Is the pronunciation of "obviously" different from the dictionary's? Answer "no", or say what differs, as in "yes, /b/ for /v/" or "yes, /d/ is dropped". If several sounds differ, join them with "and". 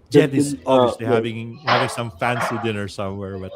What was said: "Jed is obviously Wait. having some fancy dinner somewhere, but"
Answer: yes, /v/ is dropped